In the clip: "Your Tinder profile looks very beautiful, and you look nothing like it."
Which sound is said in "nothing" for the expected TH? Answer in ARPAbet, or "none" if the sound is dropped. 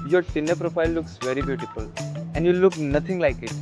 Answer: T